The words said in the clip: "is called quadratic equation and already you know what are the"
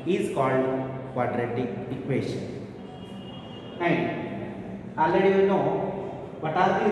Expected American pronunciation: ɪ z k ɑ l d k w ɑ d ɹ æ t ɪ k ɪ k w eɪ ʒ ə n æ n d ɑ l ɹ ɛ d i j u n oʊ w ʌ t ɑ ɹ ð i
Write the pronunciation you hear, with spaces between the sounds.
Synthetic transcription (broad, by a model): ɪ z k ɑ l d k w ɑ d ɹ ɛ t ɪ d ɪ k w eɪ ʃ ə n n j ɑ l ɛ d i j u n oʊ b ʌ t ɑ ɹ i